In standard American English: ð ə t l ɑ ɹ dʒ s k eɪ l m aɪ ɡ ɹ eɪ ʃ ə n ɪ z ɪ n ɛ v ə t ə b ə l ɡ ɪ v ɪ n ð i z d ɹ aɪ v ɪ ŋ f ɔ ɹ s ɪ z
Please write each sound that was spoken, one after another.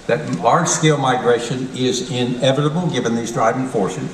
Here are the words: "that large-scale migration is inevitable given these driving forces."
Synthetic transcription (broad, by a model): ð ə t l ɑ ɹ dʒ s k eɪ l m aɪ ɡ ɹ eɪ ʃ ə n ɪ z ɪ n ɛ v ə t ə b l ɡ ɪ v ɪ n ð i z d ɹ aɪ v ɪ ŋ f ɔ ɹ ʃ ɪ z